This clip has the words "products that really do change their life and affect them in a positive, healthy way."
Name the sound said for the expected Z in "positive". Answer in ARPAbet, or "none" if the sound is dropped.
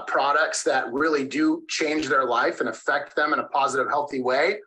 Z